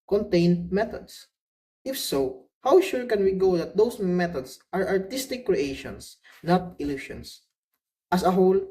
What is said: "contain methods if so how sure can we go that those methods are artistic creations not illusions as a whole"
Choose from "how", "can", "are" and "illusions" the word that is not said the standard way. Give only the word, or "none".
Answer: illusions